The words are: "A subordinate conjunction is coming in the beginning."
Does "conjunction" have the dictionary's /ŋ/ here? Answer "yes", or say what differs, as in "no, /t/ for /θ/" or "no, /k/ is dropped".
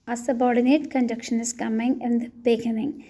no, /ŋ/ is dropped